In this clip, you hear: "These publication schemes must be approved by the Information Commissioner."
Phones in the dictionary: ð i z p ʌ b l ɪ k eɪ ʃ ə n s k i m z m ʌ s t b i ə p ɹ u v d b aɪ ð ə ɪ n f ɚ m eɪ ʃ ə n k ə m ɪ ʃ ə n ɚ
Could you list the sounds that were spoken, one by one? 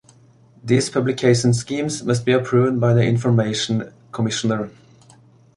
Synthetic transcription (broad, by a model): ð i s p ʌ b l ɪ k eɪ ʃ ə n s k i m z m ʌ s t b i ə p ɹ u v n b aɪ ð ə ɪ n f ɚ m eɪ ʃ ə n k ə m ɪ ʃ ə n ɚ